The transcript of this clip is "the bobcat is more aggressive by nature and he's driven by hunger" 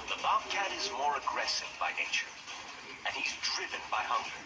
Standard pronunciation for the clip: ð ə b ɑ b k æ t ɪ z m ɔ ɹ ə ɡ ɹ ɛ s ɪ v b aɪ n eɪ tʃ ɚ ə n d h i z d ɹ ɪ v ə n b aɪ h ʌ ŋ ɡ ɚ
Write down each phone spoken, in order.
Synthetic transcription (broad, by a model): ð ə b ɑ k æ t ɪ z m ɔ ɹ ə ɡ ɹ ɛ s ɪ v b aɪ n eɪ tʃ ɚ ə n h i z d ɹ ɪ v ə n b aɪ h ʌ ŋ ɡ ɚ